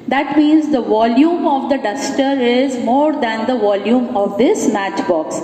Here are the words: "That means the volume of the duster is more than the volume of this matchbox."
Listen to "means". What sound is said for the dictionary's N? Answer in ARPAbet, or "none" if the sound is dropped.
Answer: N